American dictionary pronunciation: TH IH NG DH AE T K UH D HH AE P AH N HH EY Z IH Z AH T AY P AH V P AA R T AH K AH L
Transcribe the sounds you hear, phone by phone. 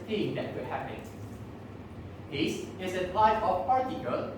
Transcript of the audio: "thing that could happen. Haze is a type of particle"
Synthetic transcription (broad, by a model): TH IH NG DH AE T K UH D HH AE P AH N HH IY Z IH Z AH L AY F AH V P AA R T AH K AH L